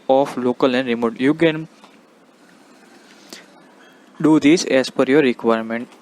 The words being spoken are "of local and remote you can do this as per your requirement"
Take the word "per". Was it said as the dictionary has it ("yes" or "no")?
no